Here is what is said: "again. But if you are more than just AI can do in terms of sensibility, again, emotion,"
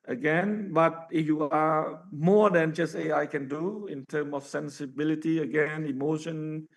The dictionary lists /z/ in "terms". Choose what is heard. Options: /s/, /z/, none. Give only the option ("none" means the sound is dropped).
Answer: none